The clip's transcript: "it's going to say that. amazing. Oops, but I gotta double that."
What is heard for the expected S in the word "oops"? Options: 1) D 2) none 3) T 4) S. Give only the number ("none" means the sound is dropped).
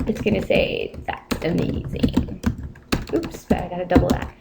4